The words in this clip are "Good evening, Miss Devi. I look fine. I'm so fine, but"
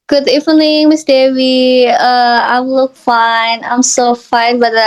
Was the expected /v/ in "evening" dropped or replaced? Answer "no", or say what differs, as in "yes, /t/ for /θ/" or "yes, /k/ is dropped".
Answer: yes, /f/ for /v/